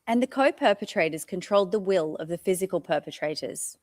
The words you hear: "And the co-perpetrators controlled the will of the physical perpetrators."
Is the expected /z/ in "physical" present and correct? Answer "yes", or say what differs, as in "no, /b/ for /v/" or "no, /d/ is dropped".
yes